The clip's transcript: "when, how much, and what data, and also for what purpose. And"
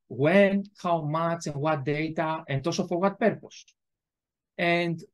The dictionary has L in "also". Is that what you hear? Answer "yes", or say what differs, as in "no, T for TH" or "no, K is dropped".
no, L is dropped